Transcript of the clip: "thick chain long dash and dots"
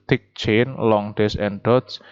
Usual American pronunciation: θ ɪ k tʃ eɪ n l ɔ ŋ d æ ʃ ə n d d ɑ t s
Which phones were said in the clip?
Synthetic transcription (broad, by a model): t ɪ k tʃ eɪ n l ɔ ŋ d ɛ s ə n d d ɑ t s